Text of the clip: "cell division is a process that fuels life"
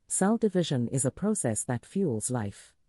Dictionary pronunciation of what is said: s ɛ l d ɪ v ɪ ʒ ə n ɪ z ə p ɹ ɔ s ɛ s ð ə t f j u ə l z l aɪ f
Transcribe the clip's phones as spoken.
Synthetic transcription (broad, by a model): s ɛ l d ɪ v ɪ ʒ ə n ɪ z ə p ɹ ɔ s ɛ s ð ə t f j u l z l aɪ f